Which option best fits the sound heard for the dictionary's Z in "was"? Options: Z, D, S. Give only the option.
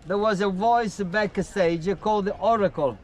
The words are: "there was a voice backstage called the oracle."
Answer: Z